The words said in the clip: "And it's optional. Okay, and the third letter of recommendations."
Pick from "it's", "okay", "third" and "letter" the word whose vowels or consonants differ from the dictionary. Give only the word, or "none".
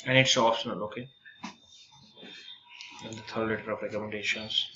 third